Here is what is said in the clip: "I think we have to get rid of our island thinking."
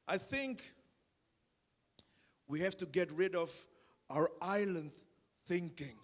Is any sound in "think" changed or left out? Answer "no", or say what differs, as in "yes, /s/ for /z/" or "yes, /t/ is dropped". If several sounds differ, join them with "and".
no